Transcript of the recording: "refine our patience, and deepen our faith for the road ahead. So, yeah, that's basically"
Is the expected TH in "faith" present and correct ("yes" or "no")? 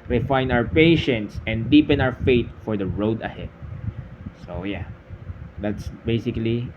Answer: no